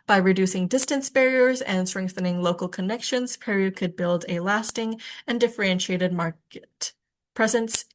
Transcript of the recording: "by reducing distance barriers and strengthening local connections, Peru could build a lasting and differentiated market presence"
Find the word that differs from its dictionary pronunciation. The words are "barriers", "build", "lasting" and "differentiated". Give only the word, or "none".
none